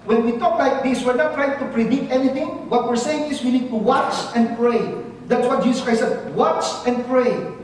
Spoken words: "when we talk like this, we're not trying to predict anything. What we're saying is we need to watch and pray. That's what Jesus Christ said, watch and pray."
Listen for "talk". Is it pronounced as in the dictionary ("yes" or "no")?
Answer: yes